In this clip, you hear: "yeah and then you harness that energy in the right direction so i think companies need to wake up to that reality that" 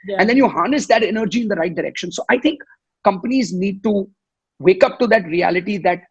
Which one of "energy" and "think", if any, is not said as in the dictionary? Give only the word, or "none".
think